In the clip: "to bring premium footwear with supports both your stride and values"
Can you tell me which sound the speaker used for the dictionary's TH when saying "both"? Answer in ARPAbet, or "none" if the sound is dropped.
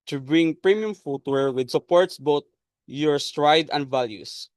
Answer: T